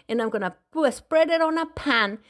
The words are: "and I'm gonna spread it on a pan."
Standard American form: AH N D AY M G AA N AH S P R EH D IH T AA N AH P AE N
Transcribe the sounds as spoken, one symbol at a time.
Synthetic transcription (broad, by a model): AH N AY M G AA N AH S P R EH D IH T AA N AH P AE N